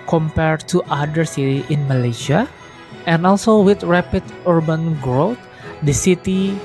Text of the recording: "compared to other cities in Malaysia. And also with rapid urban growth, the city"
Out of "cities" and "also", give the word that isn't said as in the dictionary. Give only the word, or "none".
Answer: cities